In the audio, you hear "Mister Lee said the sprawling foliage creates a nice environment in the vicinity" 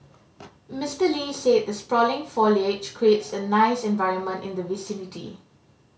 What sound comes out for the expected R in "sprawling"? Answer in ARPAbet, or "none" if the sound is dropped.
R